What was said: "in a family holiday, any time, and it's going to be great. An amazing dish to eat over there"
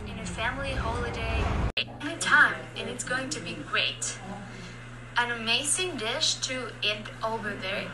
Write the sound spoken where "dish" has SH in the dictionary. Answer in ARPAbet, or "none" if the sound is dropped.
SH